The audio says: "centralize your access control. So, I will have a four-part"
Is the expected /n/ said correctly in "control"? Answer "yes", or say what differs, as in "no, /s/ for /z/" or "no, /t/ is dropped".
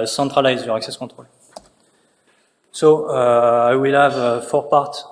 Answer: no, /n/ is dropped